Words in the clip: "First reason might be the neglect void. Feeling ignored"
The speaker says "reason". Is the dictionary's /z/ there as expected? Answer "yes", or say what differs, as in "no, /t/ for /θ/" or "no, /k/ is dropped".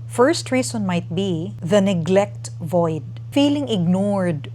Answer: no, /s/ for /z/